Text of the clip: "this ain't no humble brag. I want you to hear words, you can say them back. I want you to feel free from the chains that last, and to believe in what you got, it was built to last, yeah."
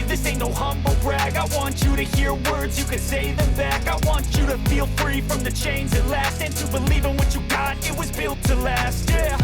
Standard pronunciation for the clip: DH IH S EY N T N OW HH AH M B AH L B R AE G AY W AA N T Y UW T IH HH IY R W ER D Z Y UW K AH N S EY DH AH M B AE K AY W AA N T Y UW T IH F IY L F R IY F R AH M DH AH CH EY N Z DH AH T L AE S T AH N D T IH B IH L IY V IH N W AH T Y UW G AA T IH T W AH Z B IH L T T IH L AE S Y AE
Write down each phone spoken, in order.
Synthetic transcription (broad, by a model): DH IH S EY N N OW HH AH M B L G R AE G AY W AA N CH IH T IH HH IY R W ER D Z Y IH K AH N S EY DH AH M B AE K AY W AA N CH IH T IH F IY L F R IY F R AH M DH AH CH EY N Z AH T L AE S T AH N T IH B IH L IY V IH N W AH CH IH G AA T IH T W AH Z B IH L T T IH L AE S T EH